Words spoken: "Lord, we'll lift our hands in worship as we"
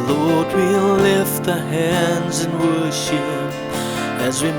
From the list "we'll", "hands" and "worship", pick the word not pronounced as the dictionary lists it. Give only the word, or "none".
none